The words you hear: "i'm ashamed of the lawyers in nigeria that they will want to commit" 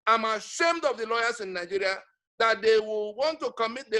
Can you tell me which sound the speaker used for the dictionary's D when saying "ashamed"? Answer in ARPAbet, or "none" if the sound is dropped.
D